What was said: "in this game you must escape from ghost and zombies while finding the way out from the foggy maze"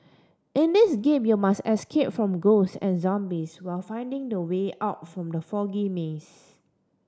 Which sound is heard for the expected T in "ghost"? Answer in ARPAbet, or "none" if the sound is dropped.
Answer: none